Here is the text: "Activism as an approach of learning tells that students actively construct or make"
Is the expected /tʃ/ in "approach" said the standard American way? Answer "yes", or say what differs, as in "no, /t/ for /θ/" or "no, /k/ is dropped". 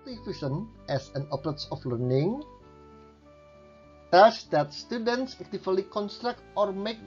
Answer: no, /s/ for /tʃ/